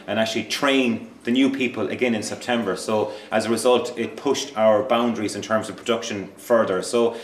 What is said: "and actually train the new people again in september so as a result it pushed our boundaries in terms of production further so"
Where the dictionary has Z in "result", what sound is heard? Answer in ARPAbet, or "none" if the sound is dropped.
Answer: Z